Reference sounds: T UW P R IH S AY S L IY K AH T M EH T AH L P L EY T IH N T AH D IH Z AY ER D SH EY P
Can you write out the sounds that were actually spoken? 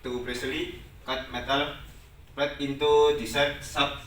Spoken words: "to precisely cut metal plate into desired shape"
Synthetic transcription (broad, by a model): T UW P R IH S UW L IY K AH T M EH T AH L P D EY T IH N T AH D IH S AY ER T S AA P